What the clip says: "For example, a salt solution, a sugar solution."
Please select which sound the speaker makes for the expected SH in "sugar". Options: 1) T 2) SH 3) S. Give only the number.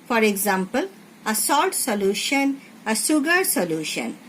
3